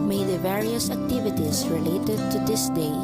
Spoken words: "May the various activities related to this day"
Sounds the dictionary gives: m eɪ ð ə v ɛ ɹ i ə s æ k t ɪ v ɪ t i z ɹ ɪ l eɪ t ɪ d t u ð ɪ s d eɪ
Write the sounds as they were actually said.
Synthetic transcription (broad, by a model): m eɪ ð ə v ɛ ɹ i ə s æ k t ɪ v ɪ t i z ɹ ɪ l eɪ t ɪ d t u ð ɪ s d eɪ